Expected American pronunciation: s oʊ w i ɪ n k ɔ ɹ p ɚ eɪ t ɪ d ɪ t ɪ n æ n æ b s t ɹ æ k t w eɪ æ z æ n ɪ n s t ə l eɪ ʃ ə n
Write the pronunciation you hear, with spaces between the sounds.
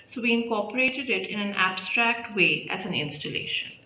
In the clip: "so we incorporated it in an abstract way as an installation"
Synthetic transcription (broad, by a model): s oʊ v i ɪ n k ɔ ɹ p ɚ eɪ t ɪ d ɪ t ɪ n æ n æ b s t ɹ æ k t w eɪ æ z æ n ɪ n s t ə l eɪ ʃ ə n